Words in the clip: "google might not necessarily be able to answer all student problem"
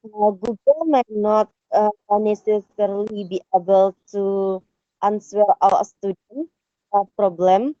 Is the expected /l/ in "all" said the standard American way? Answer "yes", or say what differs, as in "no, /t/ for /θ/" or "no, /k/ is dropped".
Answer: no, /w/ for /l/